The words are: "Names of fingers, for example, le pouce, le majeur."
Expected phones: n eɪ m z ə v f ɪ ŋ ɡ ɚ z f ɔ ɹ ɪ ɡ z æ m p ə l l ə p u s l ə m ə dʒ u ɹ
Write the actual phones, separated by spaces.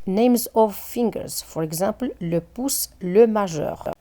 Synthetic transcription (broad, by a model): n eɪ m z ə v f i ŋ ɡ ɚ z f ɔ ɹ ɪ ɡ z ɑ p l l ə p u s l ə m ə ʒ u ɹ